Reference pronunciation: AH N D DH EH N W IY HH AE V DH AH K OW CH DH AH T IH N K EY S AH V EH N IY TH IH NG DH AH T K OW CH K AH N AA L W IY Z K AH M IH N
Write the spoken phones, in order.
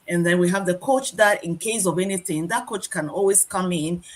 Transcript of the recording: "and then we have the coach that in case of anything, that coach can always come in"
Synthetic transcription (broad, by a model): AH N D DH EH N W IY HH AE V DH AH K OW CH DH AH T IH N K EY S AH V EH N IY TH IH NG DH AH T K OW CH K AH N AA L W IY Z K AH M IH N